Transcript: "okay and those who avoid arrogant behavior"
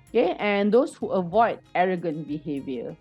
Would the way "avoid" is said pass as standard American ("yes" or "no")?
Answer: yes